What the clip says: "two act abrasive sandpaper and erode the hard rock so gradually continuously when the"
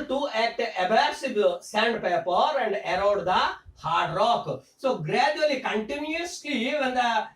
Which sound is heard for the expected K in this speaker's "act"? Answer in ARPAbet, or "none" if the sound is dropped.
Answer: none